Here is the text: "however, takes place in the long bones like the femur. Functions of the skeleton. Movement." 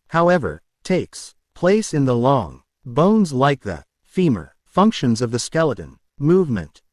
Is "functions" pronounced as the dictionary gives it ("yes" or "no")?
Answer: yes